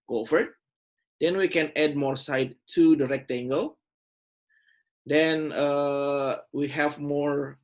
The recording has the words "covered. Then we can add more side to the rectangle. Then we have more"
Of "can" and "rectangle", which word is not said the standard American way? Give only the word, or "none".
none